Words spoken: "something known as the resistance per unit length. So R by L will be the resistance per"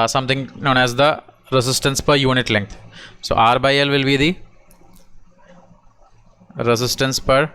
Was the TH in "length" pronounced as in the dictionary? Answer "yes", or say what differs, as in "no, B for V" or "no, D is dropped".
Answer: no, T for TH